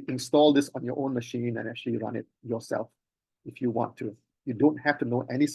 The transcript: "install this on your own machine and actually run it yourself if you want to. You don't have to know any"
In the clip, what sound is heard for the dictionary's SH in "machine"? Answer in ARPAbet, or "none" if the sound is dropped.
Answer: SH